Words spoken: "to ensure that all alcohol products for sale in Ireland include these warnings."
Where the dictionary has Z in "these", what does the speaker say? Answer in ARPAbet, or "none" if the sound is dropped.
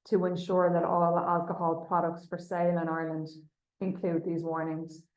Z